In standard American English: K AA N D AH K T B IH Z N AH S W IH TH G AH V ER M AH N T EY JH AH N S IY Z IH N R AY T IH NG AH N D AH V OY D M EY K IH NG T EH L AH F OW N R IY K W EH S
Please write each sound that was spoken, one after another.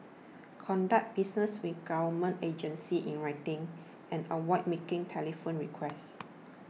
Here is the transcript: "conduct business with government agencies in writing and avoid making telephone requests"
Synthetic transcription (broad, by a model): K AA N D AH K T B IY S N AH S W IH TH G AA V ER M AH N T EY JH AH N S IY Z IH N R AY T IH NG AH N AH W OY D M EY K IH NG T EH L AH F OW N R IY K W EH S